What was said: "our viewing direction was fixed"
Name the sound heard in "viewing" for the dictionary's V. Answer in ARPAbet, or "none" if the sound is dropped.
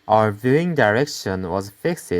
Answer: V